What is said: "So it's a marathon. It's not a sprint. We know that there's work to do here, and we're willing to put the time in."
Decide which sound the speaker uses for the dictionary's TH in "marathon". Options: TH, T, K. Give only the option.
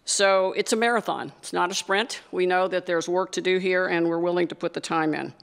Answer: TH